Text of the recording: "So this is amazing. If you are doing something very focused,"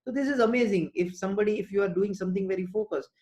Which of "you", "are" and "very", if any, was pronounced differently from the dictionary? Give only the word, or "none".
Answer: none